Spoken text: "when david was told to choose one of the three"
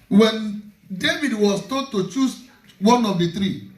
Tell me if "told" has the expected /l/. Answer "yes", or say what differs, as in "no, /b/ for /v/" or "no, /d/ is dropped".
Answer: no, /l/ is dropped